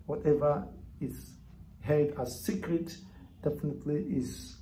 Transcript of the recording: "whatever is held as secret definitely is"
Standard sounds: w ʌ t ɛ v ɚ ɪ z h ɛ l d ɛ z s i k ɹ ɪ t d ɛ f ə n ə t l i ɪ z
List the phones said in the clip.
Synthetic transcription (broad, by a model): w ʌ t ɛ v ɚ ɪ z h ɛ d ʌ s i k ɹ ɪ t d ɛ f ə n ə t l i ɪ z